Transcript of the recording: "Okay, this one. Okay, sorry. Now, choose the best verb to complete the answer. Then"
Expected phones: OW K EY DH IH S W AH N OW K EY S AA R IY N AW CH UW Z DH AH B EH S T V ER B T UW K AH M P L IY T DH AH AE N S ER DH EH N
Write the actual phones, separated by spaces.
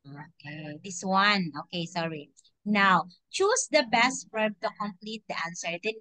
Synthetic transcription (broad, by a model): OW K EY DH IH S W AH N OW K EY S AA R IY N AW CH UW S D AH B EH S T F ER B T UW K AH M P L IY T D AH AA N S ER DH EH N